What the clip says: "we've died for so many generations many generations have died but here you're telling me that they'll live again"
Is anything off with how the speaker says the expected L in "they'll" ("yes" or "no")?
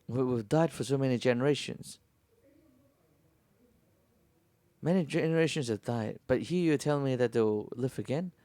yes